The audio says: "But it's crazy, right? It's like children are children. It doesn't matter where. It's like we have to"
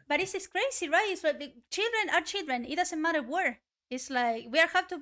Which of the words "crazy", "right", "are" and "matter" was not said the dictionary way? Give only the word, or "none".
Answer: crazy